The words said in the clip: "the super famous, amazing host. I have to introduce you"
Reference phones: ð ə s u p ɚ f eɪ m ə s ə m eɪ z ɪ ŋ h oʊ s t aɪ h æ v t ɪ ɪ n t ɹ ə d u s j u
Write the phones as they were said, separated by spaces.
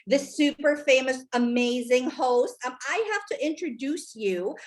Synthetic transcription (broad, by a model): ð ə s u p ɚ f eɪ m ə s ə m eɪ z ɪ ŋ h oʊ s t aɪ h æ f t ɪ ɪ n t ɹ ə d u s j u